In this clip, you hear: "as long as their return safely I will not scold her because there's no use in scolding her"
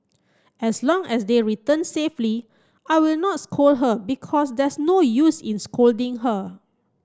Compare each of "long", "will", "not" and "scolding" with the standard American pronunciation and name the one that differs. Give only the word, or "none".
none